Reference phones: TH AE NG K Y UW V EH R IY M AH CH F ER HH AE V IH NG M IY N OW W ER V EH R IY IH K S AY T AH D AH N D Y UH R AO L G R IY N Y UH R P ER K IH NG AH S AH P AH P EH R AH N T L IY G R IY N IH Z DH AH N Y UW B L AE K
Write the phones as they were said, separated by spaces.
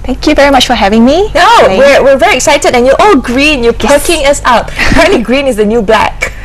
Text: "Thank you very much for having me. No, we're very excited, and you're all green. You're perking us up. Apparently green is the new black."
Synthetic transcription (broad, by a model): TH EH NG K Y UW V EH R IY M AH CH F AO HH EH V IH NG M IY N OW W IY V EH R IY IH K S AY T AH D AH N Y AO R AO L G R IY N Y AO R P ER K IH NG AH S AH UH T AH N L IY G R IY N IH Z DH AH N Y UW B L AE K